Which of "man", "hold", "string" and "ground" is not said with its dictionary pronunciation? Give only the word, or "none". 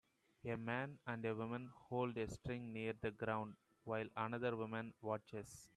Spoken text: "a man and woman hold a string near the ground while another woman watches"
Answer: none